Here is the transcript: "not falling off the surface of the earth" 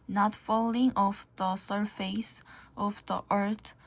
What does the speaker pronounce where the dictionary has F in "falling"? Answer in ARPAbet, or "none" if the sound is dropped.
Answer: F